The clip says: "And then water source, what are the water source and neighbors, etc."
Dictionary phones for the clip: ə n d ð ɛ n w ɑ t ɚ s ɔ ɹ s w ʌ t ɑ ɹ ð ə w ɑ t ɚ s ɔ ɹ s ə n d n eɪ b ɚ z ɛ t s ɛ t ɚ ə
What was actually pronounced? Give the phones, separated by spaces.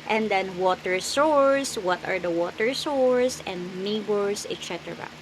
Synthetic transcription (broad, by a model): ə n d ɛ n w ɑ t ɚ s ɔ ɹ s w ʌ t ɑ ɹ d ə w ɑ t ɚ s ɔ ɹ s ə n d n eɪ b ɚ s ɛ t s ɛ t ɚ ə